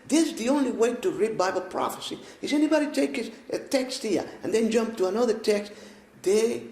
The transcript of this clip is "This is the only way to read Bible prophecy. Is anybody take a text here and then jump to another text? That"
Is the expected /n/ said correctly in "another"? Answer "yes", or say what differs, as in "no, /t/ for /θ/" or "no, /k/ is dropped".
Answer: yes